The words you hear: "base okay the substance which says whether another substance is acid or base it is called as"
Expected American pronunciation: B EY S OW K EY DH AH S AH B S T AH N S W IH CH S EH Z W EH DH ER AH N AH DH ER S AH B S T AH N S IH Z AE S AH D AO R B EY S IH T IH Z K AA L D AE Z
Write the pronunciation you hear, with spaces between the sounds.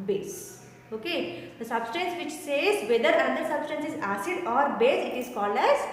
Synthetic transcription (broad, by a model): B EY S OW K EY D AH S AH B S T AH N S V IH CH S EH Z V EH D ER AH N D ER S AH B S T AH N S IH Z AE S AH D AO R B EY S IH T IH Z K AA L AE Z